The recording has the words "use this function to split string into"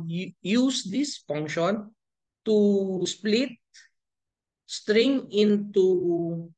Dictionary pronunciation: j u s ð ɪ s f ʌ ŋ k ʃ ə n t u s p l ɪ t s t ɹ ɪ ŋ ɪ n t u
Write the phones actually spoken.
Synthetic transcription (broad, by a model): j u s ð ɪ s f ʌ ŋ k ʃ ə n t u s p l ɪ t s t ɹ ɪ ŋ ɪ n t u